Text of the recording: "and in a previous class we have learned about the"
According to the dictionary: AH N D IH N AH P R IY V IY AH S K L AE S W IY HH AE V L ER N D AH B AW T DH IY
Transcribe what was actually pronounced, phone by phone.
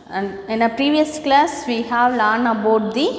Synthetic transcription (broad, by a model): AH N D IH N AH P R IY V IY AH S K L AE S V IY HH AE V L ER N AH B AW T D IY